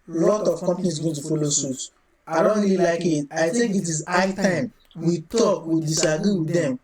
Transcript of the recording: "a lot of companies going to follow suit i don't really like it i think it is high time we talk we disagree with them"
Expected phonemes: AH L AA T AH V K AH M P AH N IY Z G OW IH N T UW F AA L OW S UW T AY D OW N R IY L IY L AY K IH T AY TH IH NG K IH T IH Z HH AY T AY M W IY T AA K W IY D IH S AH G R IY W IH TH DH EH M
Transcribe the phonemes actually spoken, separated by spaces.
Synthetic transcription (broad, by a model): L AA T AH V K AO M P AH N IY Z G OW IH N T UW F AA L OW S UW T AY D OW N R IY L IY L AY K IH T AY T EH K IH T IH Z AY T AY M W IY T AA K W IY D IH S AH G R IY W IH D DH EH M